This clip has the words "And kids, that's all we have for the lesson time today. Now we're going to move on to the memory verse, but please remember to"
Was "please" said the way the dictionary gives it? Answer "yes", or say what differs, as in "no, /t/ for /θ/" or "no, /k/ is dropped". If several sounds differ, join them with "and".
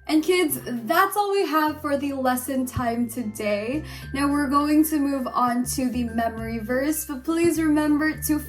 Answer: yes